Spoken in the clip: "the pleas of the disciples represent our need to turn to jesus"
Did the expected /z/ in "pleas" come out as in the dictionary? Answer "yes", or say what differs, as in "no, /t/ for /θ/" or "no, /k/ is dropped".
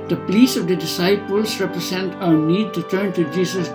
no, /s/ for /z/